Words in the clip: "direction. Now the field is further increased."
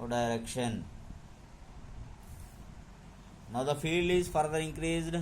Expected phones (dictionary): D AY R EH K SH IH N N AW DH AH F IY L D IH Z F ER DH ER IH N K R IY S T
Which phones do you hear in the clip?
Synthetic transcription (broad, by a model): D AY R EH K SH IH N N AW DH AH F IY L D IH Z F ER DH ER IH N K R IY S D